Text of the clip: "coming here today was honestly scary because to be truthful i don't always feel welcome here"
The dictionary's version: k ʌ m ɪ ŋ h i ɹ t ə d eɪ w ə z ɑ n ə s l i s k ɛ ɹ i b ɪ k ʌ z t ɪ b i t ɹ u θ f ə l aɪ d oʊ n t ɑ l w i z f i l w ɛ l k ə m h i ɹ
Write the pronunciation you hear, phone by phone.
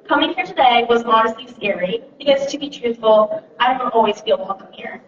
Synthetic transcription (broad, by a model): k ʌ m ɪ ŋ h i ɹ t ə d eɪ w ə z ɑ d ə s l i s ɛ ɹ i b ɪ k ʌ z t ɪ b i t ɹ u θ f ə l aɪ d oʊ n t ɑ l w i z f i l w ɛ l k ə m h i ɹ